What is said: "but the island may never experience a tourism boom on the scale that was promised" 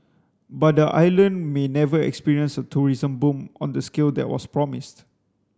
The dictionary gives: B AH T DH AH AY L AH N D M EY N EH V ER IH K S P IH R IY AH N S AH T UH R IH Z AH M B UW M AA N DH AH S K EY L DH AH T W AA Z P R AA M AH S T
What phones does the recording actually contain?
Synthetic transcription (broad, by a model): B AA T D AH AY L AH N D M EY N EH V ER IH K S P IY R IY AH N S AH T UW R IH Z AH M B UW M AA N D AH S K EY L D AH T W AA S P R AA M AH S T